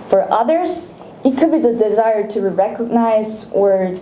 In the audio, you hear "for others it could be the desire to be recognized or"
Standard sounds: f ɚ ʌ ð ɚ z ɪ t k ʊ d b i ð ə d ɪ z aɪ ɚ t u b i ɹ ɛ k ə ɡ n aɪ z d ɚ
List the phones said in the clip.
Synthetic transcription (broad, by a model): f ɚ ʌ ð ɚ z ɪ t k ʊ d b i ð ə d ɪ z aɪ ɚ t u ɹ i ɹ ɛ k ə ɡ n aɪ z ɚ